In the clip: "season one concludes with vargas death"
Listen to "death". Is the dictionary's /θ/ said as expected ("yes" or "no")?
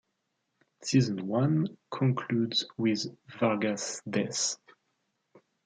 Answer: no